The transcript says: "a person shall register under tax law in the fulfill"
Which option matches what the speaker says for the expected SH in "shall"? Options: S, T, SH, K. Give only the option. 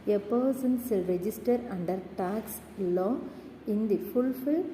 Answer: S